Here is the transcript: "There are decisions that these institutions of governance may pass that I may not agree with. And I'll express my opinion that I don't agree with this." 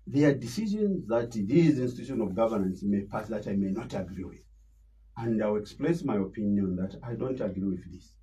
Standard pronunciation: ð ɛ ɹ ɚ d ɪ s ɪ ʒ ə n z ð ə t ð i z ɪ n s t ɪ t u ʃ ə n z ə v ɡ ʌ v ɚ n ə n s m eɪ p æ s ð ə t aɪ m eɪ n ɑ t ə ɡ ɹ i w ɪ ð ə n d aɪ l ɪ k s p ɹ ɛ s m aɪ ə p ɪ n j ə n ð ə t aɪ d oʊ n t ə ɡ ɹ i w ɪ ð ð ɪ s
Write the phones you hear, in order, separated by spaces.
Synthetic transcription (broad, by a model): ð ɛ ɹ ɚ d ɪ s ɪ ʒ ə n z ð ə t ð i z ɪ n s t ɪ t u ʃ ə n ə v ɡ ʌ v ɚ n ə n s m eɪ p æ s ð ə t aɪ m eɪ n ɑ t ə ɡ ɹ i w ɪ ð ə n d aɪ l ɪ k s p l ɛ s m aɪ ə p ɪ n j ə n ð ə t aɪ d oʊ n t ə ɡ ɹ i w ɪ ð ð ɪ s